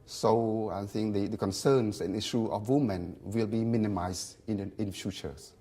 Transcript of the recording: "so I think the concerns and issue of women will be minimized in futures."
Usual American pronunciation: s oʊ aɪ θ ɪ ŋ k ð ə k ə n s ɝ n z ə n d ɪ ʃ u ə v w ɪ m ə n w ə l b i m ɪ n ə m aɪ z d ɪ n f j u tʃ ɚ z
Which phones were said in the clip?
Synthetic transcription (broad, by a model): s oʊ aɪ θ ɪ ŋ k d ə k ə n s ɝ n s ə n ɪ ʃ u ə f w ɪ m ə n w ə l b i m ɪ n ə m aɪ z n ɪ n f j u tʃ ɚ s